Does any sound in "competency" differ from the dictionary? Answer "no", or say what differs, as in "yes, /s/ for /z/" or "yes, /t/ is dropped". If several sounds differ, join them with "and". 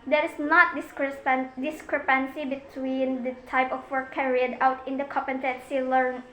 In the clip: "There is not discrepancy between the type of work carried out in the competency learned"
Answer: yes, /m/ is dropped